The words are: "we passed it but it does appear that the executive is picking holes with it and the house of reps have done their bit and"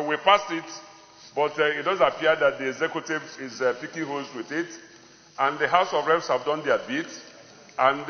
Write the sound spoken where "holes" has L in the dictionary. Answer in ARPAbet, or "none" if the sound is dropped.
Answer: none